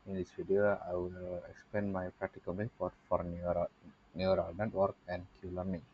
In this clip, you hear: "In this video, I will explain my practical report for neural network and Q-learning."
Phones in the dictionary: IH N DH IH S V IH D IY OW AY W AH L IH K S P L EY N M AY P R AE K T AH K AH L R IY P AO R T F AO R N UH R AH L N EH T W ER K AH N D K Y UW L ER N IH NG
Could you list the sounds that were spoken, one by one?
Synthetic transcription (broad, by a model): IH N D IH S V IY D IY OW AY W AH L IH K S P L EY N M AY P R AE K T AH K AH L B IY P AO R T F AO R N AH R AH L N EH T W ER K AH N D K Y UW L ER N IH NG